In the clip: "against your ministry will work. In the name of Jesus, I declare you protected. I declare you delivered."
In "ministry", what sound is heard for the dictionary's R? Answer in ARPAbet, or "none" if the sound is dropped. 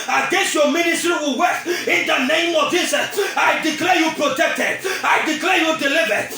R